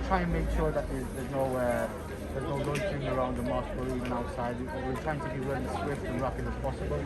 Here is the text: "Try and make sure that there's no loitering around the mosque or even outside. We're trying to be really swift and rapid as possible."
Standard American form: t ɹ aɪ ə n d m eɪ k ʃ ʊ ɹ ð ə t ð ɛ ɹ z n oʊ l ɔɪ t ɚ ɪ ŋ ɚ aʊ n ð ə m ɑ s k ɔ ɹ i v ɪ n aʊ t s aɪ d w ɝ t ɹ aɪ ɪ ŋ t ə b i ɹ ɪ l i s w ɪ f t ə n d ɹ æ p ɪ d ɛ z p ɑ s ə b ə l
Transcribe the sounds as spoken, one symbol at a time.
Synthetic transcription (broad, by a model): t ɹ aɪ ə n m eɪ k ʃ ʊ ɹ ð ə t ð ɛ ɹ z n oʊ n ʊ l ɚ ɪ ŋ ɚ aʊ n ð ə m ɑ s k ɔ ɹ i v ɪ n aʊ t s aɪ d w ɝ t ɹ aɪ ɪ ŋ t ə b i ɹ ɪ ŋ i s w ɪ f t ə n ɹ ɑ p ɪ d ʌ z p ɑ s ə b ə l